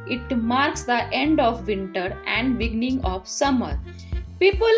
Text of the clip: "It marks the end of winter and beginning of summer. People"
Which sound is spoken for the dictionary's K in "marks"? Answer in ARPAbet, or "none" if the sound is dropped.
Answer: K